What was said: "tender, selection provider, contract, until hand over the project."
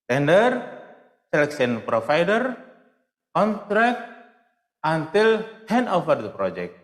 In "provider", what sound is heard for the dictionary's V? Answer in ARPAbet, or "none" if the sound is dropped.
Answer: F